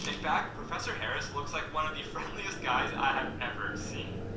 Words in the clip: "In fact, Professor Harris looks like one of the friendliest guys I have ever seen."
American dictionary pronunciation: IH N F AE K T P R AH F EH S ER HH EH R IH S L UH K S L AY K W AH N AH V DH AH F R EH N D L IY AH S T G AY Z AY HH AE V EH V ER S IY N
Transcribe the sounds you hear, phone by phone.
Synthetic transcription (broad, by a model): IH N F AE K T P R AH F EH S ER HH EH R IH S L UH K S L AY K W AH N AH V DH AH F R EH N D L IY AH S T G AY Z AY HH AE V EH V ER S IY N